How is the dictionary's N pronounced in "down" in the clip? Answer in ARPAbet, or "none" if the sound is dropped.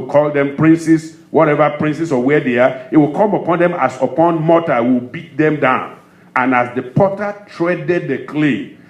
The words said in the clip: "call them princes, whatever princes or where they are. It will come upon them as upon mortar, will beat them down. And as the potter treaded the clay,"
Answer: N